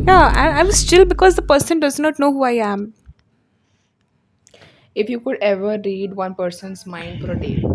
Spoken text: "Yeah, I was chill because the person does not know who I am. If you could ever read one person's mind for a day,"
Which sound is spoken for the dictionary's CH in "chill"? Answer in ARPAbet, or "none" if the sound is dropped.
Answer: S